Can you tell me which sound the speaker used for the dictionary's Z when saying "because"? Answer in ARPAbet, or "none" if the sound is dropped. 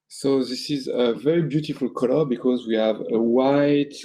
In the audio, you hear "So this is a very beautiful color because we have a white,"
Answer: Z